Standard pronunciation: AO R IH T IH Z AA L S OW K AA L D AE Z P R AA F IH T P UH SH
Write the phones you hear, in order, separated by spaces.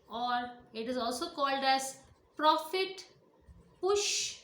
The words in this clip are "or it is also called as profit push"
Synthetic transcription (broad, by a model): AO R IH T IH Z AA L S OW K AA L D AE Z P R AA F IH T P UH SH